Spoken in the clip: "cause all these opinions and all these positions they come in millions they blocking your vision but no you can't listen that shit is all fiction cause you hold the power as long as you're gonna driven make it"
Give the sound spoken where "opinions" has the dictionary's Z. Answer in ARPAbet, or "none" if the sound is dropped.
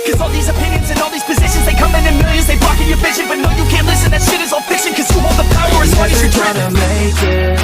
Z